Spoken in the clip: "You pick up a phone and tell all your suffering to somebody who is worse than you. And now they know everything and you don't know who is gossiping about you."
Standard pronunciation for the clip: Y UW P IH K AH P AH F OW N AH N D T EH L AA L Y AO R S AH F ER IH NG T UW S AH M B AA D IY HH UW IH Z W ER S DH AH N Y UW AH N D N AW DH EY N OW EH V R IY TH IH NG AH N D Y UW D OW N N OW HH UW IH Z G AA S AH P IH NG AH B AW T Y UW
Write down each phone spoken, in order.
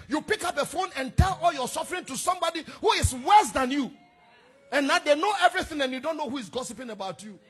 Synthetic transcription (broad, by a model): Y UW P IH K AH P AH F OW N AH N T EH L AA L Y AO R S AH F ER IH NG T UW S AH M B AA D IY HH UW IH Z W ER S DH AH N Y UW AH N N AW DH EY N OW EH V R IY TH IH NG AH N Y UW D OW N N OW HH UW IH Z G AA S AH P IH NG AH B AW T Y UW